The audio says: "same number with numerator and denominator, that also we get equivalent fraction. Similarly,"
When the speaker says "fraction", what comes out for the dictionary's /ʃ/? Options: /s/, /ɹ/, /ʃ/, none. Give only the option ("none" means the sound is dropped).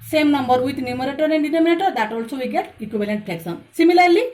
/s/